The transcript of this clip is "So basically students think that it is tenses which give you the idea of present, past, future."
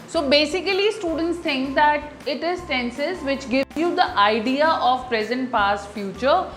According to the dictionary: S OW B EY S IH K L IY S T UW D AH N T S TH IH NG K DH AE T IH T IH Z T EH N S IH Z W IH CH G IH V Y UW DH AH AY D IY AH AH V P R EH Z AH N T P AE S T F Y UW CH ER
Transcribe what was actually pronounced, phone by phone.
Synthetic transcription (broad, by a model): S OW B EY S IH K L IY S T UW D AH N T S T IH NG K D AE T IH T IH Z S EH N S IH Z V IH CH G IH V Y UW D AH AY D IY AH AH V P R EH Z AH N T P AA S T F Y UW CH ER